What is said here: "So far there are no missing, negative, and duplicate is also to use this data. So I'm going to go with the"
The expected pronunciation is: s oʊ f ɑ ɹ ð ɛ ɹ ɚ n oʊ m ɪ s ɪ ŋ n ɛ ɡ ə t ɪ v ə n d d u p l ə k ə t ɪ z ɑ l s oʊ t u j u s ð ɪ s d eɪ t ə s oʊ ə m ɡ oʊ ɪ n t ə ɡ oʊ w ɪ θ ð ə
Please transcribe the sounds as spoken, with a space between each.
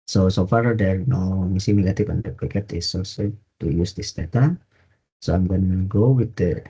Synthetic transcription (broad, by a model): s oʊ f ɑ ɹ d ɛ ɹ n oʊ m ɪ s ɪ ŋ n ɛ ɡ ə t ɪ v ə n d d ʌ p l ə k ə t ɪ s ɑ s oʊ t u j u s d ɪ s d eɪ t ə s oʊ ə m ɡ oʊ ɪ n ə ɡ oʊ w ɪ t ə